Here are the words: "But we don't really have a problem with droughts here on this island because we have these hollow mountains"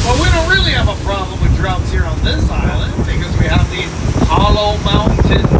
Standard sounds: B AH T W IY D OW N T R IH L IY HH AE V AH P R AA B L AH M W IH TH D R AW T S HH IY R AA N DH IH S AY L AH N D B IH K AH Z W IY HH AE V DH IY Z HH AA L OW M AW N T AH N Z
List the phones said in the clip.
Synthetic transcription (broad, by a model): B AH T W IY D OW N T R IH L IY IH V AH P R AA B L AH M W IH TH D R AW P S HH IY R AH N DH IH S AY L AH N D B IH K AH Z W IY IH V DH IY HH AA L OW M AW N T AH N